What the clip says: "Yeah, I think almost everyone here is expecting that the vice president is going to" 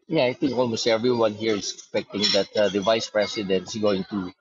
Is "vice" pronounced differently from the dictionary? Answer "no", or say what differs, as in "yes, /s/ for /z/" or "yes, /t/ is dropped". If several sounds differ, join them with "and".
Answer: no